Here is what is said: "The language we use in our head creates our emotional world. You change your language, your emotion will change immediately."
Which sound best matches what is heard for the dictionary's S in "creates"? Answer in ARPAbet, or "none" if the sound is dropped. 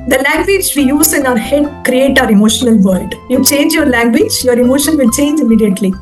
none